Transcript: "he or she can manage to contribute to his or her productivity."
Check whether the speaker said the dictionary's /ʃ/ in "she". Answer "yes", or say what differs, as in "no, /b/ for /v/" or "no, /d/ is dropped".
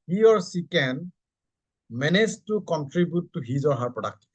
no, /s/ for /ʃ/